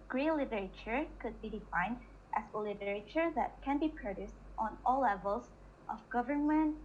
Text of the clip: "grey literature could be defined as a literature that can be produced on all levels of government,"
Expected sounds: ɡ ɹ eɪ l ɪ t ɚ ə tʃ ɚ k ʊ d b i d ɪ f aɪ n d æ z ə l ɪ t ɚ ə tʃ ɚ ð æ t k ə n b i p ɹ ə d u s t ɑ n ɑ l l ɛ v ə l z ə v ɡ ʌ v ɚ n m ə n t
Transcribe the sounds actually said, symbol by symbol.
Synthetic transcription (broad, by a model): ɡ ɹ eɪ l ɪ t ɚ ə tʃ ɚ k ʊ d b i d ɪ f aɪ n d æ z ə l ɪ t ɚ ə tʃ ɚ ð æ t k ə n b i p ɹ ə d u s t ɑ n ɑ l l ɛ v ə l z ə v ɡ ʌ v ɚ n m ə n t